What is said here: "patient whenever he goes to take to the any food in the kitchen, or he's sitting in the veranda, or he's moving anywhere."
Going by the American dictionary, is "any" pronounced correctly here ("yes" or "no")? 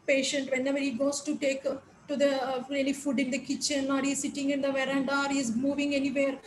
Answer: no